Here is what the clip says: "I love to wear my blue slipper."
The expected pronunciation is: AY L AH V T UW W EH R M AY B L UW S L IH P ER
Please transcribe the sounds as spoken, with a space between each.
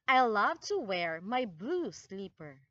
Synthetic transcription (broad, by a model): AY L AH V T UW W EH R M AY B L UW S L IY P ER